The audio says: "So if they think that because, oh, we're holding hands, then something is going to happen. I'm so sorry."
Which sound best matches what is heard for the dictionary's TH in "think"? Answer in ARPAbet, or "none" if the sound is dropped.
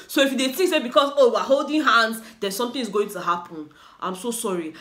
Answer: T